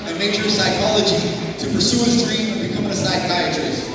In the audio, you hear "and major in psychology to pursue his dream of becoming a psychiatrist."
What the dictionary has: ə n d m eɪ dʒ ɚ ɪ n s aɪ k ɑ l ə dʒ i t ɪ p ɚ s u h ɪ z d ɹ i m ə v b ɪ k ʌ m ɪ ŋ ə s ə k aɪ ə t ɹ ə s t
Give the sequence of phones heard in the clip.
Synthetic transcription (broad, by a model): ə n m eɪ ʃ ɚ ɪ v s aɪ k ɑ l ə dʒ i t ɪ p ɚ s u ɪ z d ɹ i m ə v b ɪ k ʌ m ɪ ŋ ə s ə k aɪ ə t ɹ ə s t